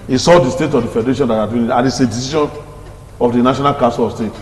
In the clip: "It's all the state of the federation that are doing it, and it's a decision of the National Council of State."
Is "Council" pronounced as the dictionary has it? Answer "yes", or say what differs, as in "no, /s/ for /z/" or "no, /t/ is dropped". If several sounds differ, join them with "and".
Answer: no, /n/ is dropped